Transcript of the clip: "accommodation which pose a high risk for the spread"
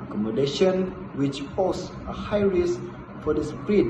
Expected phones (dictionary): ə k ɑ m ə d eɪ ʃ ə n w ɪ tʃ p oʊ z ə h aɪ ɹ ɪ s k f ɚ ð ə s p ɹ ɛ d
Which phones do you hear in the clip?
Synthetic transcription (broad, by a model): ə k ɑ m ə d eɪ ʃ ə n w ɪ tʃ f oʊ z ə h aɪ ɹ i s f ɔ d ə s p ɹ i